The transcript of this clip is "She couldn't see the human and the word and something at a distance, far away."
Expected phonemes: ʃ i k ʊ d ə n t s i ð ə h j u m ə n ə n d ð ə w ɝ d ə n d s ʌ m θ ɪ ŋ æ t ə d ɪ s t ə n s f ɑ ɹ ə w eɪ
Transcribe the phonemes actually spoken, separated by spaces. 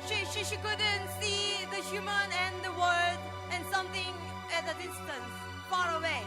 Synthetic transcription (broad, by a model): ʃ i k ʊ d ə n t s i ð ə h j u m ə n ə n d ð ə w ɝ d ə n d s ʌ m t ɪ ŋ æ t ə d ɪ s t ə n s f ɑ ɹ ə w eɪ